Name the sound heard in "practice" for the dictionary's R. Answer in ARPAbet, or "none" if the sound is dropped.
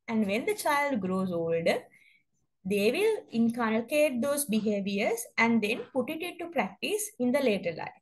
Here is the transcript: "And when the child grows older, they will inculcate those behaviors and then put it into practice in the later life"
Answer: R